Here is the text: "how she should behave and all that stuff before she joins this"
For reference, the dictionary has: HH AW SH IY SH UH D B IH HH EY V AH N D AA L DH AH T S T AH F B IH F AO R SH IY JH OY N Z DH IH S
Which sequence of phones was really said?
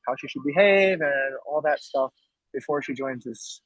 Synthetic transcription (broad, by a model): HH AW SH IY SH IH D B IH HH EY V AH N AA L DH AH T S T AH F B IH F AO R SH IY JH OY N Z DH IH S